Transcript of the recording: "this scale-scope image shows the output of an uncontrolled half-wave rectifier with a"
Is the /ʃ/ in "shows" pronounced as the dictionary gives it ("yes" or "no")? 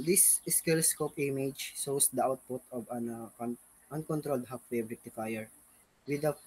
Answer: no